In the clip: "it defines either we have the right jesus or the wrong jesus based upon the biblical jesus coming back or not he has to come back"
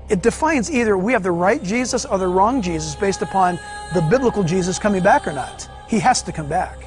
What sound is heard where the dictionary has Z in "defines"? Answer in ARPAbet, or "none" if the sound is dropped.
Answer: Z